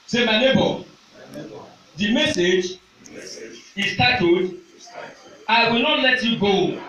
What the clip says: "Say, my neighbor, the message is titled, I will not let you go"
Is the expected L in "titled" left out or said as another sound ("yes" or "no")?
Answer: yes